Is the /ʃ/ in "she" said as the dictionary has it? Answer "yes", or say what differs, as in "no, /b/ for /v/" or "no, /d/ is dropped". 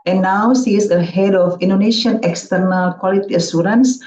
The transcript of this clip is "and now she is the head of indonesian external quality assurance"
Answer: no, /s/ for /ʃ/